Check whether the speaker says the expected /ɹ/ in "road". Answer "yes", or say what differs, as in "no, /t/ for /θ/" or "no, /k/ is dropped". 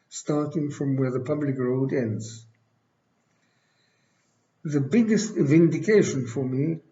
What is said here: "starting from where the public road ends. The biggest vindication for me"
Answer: yes